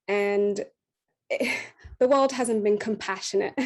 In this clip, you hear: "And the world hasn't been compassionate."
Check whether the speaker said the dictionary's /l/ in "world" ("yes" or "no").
yes